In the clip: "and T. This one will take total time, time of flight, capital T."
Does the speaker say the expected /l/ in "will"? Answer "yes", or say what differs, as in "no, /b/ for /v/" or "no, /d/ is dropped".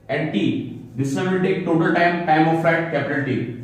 no, /n/ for /l/